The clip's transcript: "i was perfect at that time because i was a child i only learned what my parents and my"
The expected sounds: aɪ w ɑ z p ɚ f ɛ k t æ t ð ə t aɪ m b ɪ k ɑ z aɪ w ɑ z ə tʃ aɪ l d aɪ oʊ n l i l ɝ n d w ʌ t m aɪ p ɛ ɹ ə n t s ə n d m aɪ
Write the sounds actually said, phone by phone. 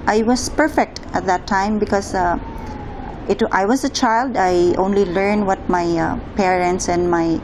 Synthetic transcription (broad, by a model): aɪ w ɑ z p ɚ f ɛ k t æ t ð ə t aɪ m b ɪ k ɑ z aɪ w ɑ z ə tʃ aɪ l d aɪ oʊ n l i l ɝ n d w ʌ t m aɪ p ɛ ɹ ə n t s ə n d m aɪ